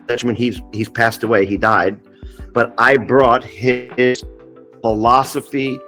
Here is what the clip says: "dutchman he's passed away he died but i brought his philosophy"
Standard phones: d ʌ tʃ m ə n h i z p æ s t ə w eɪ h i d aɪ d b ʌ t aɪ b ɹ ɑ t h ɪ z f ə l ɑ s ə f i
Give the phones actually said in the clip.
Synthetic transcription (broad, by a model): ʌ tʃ m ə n h i z p æ s t ə w eɪ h i d aɪ d b ʌ t aɪ b ɹ ɑ t h ɪ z f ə l ɑ s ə f i